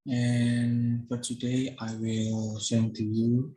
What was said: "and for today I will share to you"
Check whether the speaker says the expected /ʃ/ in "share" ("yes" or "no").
no